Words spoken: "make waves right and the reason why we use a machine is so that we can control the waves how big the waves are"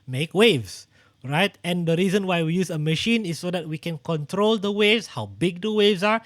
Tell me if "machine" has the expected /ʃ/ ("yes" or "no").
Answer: yes